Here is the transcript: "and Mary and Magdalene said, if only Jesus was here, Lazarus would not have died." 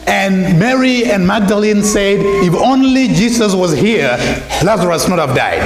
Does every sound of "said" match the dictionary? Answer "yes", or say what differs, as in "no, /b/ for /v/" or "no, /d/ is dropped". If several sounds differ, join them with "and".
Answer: yes